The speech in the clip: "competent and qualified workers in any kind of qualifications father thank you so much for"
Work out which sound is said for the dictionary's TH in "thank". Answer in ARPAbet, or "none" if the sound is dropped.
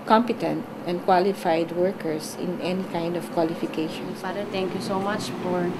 T